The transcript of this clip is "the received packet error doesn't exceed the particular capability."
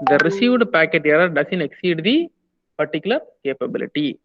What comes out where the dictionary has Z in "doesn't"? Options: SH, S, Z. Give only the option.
S